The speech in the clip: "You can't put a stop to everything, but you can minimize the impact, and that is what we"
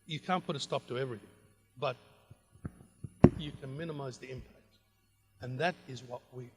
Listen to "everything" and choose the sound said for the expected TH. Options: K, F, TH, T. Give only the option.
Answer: TH